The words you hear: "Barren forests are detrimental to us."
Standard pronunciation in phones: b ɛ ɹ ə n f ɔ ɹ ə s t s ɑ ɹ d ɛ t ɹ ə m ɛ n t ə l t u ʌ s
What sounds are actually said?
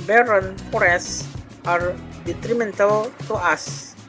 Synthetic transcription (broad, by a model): b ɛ ɹ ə n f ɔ ɹ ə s s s ɑ ɹ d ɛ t ɹ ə m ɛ n t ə l t u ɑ s